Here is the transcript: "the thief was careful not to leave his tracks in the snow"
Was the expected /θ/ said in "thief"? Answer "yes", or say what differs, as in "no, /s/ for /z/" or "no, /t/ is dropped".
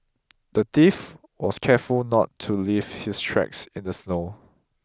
no, /t/ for /θ/